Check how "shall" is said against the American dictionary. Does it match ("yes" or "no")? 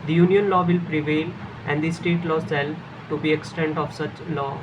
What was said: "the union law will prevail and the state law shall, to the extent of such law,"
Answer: no